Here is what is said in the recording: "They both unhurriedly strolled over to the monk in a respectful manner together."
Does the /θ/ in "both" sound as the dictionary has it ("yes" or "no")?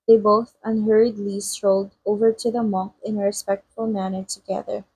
yes